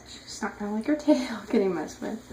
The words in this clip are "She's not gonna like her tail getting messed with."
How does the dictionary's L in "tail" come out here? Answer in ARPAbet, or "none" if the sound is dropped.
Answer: L